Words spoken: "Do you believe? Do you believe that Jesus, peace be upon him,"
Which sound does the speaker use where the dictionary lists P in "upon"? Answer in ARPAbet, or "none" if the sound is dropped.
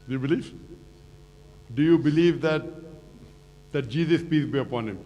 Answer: P